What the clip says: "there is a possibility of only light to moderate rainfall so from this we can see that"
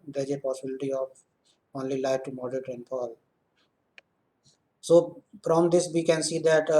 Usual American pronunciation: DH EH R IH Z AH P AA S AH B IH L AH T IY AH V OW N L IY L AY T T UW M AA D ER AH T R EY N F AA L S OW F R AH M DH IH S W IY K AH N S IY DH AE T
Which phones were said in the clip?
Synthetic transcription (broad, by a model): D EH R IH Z AH P AA S AH B IH L AH T IY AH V OW N L IY L AY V T UW M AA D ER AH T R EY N P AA L S OW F R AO M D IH S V IY K AH N S IY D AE T